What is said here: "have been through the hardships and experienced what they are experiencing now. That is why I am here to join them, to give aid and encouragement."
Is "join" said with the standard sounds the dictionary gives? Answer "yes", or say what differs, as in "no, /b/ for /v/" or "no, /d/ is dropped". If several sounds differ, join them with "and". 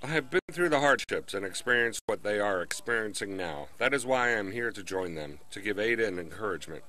yes